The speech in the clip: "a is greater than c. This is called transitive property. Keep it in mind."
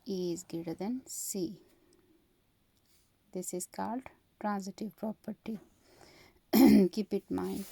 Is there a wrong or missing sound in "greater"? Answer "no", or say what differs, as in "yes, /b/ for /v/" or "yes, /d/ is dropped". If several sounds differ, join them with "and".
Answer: yes, /ɹ/ is dropped